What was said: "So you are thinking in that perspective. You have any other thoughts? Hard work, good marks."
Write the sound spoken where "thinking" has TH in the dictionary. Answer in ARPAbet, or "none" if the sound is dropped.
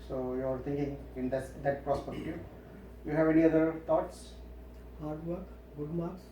T